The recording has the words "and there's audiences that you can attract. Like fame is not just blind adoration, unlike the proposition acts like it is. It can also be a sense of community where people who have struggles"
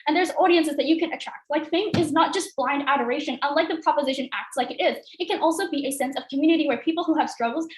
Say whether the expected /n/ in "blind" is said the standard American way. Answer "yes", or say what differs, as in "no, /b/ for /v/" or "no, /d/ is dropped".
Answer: yes